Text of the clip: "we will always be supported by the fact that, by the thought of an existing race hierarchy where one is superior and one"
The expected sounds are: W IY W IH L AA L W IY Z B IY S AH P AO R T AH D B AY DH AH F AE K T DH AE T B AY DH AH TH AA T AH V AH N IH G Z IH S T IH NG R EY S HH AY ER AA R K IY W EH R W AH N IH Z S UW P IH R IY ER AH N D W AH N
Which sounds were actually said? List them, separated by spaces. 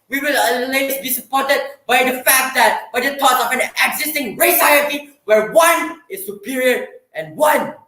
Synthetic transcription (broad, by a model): W IY W IH L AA L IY S B IY S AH P AO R T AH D B AY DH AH F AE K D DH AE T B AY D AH T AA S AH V AH N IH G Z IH S T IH NG R EY S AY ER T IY W EH R W AH N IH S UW P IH R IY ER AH N W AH N